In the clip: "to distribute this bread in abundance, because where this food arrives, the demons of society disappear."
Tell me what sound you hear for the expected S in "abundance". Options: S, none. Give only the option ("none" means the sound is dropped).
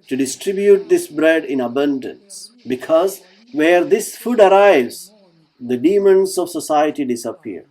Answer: S